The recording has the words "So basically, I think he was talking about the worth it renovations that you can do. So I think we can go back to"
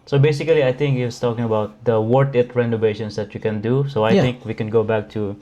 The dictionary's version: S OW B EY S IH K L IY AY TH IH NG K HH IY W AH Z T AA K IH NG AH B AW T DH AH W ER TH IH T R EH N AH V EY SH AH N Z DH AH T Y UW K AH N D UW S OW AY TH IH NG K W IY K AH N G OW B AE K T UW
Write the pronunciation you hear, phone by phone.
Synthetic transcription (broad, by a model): S OW B EY S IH K L IY AY T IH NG K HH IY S T AA K IH NG AH B AW T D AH W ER T IH T R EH N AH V EY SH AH N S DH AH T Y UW K AH N D UW S OW AY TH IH NG K W IY K AH N G OW B AE K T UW